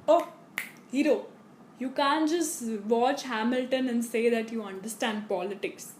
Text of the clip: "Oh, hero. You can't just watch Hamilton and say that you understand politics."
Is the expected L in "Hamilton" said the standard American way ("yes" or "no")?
yes